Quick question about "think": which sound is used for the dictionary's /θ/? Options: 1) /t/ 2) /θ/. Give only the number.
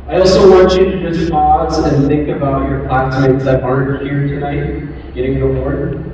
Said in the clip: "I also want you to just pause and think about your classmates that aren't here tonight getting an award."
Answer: 2